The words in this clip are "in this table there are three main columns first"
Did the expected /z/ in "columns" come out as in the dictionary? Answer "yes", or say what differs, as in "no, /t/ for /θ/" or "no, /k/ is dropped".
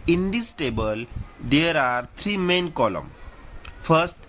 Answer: no, /z/ is dropped